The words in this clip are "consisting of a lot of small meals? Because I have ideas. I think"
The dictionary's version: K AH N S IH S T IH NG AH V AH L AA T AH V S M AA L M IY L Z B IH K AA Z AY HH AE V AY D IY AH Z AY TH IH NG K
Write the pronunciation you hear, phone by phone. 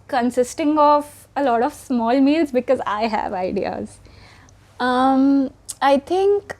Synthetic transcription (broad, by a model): K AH N S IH S T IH NG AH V AH L AA T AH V S M AA L M IY L Z B IH K AA Z AY HH AE V AY D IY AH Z AY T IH NG K